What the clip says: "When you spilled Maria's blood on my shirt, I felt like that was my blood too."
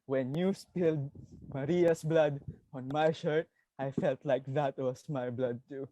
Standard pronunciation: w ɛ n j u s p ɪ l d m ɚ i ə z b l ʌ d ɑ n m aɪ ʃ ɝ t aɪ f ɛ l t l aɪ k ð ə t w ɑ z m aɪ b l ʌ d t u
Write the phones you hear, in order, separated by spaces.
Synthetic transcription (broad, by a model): w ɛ n j u s p ɪ l d m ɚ i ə s b l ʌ d ɑ n m aɪ ʃ ɝ t aɪ f ɛ l t l aɪ k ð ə t w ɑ s m aɪ b l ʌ d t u